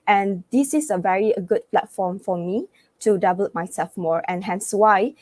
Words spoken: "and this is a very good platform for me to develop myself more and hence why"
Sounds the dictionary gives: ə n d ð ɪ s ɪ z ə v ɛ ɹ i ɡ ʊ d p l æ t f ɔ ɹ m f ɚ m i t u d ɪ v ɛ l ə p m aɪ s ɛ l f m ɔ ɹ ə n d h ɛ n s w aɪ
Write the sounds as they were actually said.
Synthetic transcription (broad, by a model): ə n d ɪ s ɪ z ə v ɛ ɹ i ɡ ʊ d p l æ t f ɔ m f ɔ m i t u d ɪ b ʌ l m aɪ s ɛ l f m ɔ ɹ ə n h ɛ n s w aɪ